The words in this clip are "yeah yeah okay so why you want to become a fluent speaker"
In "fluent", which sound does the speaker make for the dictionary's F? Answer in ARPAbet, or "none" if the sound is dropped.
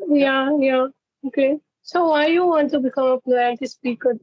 P